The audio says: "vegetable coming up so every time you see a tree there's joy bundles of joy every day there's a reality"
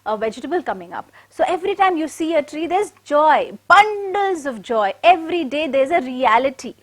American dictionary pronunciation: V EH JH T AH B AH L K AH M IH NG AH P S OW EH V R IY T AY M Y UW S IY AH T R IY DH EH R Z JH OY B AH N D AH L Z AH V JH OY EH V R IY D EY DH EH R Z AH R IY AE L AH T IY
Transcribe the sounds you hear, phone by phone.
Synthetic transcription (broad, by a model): V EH JH T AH B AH L K AH M IH NG AH P S OW EH V R IY T AY M Y UW S IY AH T R IY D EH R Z JH OY B AH N D AH L Z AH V JH OY EH V R IY D EY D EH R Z AH R IY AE L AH T IY